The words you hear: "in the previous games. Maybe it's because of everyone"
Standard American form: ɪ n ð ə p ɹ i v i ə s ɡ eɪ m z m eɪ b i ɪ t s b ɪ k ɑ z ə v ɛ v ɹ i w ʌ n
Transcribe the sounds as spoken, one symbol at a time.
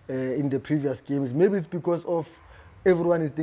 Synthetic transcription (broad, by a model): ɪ n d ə p ɹ i v i ə s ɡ eɪ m s m eɪ b i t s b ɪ k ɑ s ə f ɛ v ɹ i w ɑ n